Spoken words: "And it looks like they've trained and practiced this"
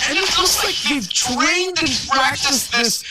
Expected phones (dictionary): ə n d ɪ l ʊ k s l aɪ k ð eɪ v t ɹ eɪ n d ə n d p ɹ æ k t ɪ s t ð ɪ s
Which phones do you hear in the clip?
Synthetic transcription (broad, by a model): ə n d ɪ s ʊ s l aɪ k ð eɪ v t ɹ eɪ n d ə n p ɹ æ k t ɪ s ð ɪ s